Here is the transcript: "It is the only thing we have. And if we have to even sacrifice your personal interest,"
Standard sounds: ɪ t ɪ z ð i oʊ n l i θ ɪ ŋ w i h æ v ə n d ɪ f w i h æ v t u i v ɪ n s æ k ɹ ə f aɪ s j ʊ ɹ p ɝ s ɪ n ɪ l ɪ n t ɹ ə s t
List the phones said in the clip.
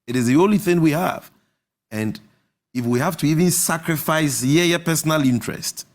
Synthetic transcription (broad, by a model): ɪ t ɪ z ð i oʊ n l i θ ɪ ŋ w i h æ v ə n d ɪ f w i h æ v t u i v ɪ n s æ k ɹ ə f aɪ s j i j p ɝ s n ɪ l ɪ n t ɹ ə s t